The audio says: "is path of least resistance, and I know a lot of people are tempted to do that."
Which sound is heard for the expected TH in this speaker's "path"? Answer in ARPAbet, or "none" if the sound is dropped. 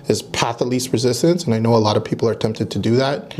TH